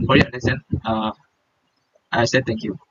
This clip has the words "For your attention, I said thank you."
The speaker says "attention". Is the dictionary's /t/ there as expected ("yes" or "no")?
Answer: no